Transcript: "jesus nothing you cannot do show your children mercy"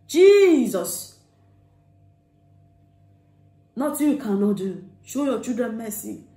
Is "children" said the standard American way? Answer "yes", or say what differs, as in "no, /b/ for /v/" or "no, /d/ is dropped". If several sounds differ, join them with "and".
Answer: no, /l/ is dropped and /ɹ/ is dropped